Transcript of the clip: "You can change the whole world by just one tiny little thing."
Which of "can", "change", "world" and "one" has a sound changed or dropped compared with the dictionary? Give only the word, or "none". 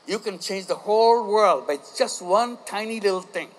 none